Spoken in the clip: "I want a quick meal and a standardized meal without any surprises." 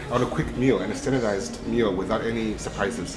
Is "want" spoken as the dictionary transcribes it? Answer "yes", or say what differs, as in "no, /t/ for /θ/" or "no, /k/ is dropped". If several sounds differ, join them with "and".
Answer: no, /t/ is dropped